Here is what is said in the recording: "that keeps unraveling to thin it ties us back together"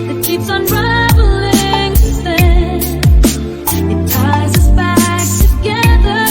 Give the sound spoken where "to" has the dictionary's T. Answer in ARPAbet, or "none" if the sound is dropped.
S